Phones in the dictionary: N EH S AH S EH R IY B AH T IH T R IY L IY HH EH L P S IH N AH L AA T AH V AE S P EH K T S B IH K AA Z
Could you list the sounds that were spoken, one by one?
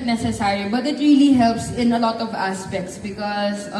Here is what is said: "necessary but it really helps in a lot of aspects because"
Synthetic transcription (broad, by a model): N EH S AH S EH R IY B AH T IH T R IY L IY HH EH L P S IH N AH L AA T AH V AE S P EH K T S B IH K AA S